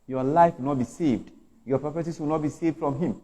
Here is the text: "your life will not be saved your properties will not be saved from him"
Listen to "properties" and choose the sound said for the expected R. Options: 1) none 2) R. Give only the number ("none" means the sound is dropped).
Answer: 1